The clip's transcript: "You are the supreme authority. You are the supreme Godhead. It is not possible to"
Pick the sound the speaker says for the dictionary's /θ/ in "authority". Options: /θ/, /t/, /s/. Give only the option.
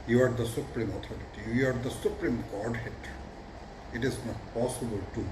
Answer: /t/